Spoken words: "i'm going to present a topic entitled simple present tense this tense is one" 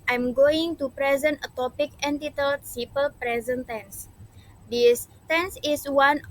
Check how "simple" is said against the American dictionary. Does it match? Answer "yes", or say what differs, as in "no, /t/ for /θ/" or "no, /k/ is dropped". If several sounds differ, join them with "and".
no, /m/ is dropped